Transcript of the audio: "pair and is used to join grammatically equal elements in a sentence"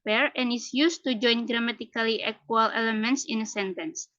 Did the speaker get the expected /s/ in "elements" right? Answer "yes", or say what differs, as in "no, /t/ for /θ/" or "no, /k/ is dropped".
yes